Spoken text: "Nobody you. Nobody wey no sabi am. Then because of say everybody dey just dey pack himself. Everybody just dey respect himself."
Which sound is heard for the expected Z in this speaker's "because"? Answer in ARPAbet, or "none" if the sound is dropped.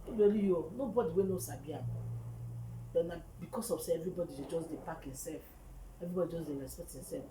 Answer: S